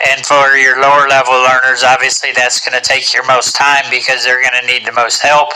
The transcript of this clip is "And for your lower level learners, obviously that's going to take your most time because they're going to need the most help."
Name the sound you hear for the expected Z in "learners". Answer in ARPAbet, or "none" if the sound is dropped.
Z